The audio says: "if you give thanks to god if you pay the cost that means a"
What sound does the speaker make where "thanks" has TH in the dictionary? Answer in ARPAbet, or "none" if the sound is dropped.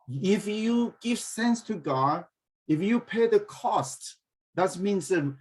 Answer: S